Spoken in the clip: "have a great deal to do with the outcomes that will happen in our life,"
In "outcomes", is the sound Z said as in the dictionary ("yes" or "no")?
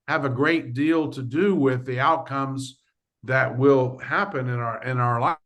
yes